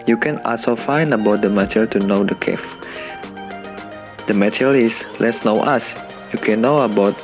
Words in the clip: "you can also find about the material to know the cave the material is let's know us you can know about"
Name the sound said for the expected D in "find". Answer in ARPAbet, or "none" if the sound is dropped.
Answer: none